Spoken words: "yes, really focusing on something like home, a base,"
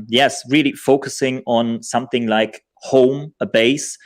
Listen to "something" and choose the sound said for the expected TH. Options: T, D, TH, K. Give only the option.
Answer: TH